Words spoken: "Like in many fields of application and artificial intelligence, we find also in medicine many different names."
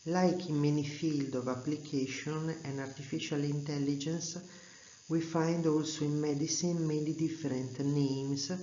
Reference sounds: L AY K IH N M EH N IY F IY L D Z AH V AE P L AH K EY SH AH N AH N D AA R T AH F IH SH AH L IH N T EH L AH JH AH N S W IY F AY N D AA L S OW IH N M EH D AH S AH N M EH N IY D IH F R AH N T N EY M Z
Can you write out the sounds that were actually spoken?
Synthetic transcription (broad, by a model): L AY K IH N M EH N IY F IY L D AH V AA P L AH K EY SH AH N AH N D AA R T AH F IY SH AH L IH N T EH L AH JH AH N S W IY F AY N D AA L S OW IH N M EH D AH S AH N M EH N IY D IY F R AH N T N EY M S